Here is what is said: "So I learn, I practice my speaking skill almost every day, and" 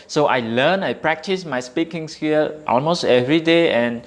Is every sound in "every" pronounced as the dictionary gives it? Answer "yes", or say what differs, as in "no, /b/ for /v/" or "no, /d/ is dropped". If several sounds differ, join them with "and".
yes